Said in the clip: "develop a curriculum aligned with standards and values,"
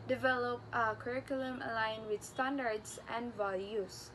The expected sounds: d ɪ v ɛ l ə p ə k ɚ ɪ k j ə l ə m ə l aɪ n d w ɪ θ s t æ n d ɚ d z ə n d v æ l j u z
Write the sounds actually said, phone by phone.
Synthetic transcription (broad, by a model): d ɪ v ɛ l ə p ə k ɚ ɪ k j ə l ə m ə l aɪ n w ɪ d s t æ n d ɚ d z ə n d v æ l j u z